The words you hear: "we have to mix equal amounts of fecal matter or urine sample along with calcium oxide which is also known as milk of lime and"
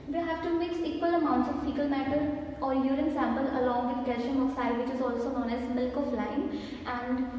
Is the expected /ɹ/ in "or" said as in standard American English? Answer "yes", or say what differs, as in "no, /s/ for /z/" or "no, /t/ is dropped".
yes